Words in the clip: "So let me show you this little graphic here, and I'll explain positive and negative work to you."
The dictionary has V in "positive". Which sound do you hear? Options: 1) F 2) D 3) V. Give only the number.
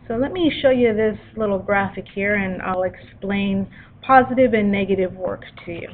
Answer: 3